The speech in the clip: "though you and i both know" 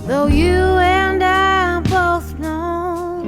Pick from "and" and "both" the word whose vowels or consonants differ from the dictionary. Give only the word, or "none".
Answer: none